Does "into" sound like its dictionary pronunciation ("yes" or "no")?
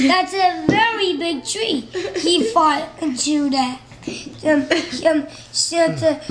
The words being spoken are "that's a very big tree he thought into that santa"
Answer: no